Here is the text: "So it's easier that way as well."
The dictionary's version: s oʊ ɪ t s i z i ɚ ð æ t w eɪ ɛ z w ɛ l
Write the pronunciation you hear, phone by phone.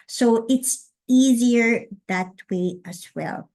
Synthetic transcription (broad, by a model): s oʊ ɪ t s i z i ɚ ð æ t w eɪ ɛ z w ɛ l